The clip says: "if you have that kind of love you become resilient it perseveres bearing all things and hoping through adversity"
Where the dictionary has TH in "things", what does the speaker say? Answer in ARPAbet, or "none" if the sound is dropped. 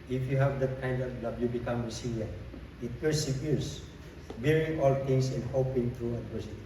T